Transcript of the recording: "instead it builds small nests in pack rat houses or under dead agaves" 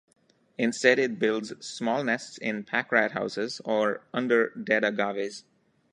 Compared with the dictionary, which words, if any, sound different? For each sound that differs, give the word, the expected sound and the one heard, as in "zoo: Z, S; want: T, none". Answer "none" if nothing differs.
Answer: none